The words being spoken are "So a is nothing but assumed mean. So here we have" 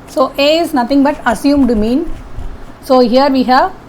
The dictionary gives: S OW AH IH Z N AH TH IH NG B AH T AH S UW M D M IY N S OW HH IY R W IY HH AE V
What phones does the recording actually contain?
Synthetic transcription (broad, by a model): S OW AH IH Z N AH T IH NG B AH T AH S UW M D M IY N S OW HH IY R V IY HH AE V